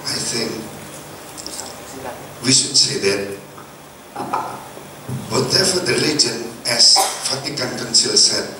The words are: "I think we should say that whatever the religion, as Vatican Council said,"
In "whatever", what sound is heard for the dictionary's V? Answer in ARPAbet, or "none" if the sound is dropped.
F